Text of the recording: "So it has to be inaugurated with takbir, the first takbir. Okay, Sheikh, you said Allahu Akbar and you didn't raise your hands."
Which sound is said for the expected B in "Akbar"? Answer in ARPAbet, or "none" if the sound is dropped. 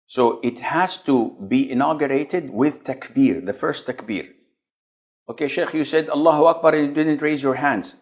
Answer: B